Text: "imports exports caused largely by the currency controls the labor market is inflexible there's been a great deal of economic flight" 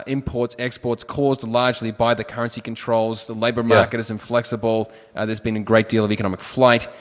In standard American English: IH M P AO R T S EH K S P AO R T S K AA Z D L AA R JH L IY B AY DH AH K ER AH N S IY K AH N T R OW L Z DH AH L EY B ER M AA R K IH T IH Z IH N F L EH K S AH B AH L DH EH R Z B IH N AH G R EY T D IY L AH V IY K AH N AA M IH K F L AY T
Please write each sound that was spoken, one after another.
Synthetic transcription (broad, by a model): IH M P AO R T S EH K S P AO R T S K AA Z D L AA R JH L IY B AY DH AH K ER AH N S IY K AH N T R OW L Z DH AH L EY B ER M AA R K IH T IH Z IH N F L EH K S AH B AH L DH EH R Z B IH N AH G R EY T D IY L AH V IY K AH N AA M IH K F L AY T